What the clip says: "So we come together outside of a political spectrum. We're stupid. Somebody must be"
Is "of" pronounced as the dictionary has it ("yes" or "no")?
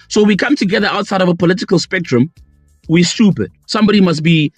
yes